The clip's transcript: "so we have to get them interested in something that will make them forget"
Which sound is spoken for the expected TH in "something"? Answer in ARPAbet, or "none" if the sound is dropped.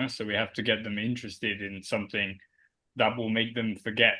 TH